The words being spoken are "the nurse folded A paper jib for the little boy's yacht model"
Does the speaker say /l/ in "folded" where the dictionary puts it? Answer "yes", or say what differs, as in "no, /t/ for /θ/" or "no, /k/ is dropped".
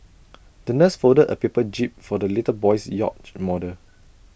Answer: no, /l/ is dropped